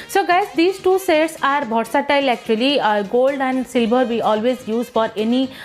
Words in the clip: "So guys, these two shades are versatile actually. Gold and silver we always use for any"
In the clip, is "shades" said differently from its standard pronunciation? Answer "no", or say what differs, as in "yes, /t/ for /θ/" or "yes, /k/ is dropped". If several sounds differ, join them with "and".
yes, /s/ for /ʃ/